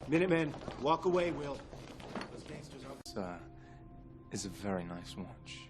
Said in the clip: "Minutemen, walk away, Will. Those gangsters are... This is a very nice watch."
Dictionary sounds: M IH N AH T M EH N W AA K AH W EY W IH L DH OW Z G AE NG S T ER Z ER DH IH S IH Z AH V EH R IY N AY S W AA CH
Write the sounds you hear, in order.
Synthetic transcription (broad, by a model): M IH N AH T M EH N W AA K AH W EY W IH L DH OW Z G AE S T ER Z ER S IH IH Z AH V EH R IY N AY S W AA CH